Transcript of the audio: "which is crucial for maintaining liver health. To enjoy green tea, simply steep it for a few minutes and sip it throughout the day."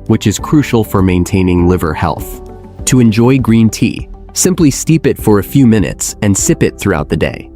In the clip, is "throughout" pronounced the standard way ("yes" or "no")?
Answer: yes